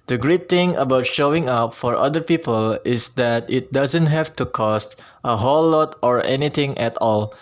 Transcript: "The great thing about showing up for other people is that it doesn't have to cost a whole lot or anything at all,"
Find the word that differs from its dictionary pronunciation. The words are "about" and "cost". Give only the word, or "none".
none